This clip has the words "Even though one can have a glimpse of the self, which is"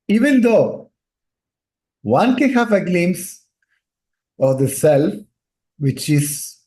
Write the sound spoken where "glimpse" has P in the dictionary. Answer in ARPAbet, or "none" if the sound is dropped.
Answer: none